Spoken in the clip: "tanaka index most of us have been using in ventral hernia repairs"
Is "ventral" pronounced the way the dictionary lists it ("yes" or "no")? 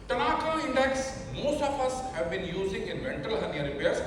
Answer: no